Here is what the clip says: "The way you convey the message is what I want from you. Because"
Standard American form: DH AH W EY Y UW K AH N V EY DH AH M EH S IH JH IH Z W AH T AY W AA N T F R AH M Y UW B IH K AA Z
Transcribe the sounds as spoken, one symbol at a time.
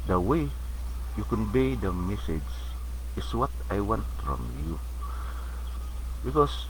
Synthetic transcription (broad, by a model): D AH W EY Y UW K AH N B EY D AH M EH S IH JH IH S W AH T AY W AA N T F R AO M Y UW B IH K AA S